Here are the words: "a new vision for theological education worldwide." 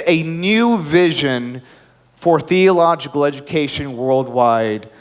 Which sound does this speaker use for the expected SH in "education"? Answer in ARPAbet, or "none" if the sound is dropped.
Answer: SH